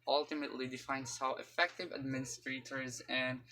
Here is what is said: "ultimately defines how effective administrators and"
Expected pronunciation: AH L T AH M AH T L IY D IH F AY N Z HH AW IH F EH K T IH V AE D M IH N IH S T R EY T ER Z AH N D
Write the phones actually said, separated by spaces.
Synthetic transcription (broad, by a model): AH L T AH M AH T L IY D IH F AY N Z HH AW IH F EH K T IH V AE D M IH N IH S T R EY T ER Z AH N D